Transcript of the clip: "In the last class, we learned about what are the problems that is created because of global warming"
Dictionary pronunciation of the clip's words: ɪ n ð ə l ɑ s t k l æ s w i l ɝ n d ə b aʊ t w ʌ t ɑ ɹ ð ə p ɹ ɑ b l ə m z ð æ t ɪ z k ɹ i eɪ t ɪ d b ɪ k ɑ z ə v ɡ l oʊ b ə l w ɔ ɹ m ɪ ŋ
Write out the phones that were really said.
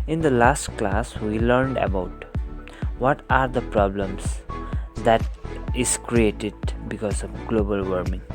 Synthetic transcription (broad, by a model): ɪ n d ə l ɑ s t k l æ s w i l ɝ n d ə b aʊ t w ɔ t ɑ ɹ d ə p ɹ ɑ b l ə m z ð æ t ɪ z k ɹ i eɪ t ɪ d b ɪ k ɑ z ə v ɡ l oʊ b ə l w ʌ ɹ m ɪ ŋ